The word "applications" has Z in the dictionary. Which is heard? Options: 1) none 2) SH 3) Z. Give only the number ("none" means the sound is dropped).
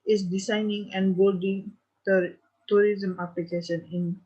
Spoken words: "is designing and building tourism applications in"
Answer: 1